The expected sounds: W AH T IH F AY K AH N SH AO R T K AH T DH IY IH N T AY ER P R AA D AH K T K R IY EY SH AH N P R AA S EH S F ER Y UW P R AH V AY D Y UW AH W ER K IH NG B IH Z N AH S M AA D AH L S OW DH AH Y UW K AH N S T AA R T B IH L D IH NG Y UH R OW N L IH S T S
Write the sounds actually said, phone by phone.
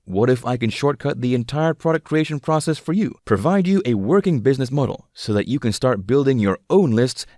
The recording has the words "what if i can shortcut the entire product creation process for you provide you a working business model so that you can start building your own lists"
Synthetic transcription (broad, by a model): W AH T IH F AY K AH N SH AO R T K AH T DH IY IH N T AY ER P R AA D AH K K R IY EY SH AH N P R AA S EH S F ER Y UW P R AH V AY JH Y AH W ER K IH NG B IH Z N AH S M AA D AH L S OW DH AH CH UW K AH N S T AA R T B IH L D IH NG Y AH R OW N L IH S T S